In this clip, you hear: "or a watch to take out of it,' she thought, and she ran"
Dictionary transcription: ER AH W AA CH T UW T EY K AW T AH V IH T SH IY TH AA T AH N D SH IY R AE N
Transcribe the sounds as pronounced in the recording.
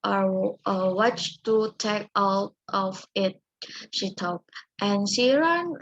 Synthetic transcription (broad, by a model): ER AH W AA CH T UW T EY K AW T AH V IH T SH IY T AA T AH N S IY R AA N